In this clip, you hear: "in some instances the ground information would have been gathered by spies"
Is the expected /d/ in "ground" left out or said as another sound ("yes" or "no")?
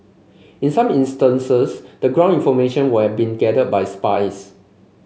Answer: yes